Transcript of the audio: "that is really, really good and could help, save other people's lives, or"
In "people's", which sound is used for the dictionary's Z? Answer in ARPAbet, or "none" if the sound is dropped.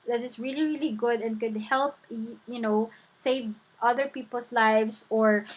S